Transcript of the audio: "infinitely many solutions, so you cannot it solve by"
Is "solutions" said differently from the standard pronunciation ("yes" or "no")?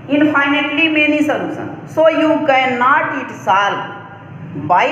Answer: yes